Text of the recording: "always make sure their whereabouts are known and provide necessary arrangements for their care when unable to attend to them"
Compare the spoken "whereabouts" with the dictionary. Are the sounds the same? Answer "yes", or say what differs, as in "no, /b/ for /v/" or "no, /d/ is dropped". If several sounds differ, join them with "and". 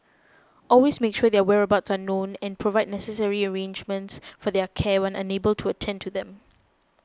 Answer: yes